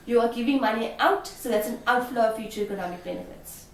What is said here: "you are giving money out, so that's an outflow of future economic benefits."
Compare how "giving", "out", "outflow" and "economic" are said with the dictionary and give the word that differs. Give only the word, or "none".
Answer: none